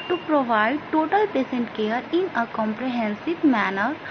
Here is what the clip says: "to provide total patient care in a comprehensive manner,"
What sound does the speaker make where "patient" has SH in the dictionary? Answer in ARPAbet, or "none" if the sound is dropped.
S